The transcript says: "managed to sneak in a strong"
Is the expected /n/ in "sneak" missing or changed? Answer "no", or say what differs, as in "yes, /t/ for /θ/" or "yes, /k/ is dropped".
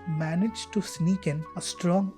no